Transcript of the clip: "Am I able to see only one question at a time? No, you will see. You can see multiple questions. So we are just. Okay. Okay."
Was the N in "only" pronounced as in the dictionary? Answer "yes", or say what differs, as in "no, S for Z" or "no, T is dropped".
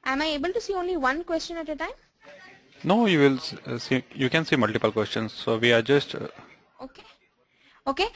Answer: yes